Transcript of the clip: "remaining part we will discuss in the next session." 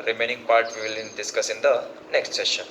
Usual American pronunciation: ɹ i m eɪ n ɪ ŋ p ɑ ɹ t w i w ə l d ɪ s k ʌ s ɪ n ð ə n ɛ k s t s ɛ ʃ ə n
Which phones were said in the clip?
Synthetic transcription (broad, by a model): ɹ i m eɪ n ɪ ŋ p ɑ ɹ t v i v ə l d ɪ s k ʌ s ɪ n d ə n ɛ k s t s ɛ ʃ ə n